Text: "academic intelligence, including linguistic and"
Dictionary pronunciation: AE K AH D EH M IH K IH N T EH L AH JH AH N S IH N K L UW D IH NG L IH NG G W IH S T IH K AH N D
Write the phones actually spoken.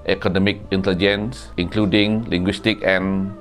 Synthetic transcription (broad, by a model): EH K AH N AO M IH K IH N T EH L AH JH AH N S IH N K L UW D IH NG L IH NG G W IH S T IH K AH N